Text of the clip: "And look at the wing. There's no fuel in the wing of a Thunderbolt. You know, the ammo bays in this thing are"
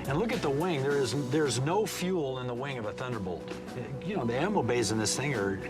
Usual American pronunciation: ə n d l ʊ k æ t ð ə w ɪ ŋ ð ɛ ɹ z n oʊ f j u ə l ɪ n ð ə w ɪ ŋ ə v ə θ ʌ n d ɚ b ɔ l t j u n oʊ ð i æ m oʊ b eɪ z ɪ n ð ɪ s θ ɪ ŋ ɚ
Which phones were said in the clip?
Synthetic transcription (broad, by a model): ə n l ʊ k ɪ t ð ə w ɪ ŋ ð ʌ ɹ z n oʊ f j u l ɪ n ð ə w ɪ ŋ ə v ə θ ʌ n d ɚ b ɔ l t j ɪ n oʊ ð i æ m oʊ b eɪ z ɪ n ð ɪ s θ ɪ ŋ ɚ